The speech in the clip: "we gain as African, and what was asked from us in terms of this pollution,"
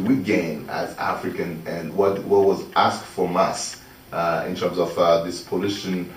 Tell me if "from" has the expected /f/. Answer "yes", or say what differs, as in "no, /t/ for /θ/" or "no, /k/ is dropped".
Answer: yes